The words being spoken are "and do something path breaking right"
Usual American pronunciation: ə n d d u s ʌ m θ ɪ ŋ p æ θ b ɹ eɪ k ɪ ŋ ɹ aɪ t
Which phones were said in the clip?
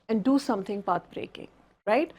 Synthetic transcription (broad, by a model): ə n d d u s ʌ m t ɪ ŋ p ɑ t b ɹ eɪ k ɪ ŋ ɹ aɪ t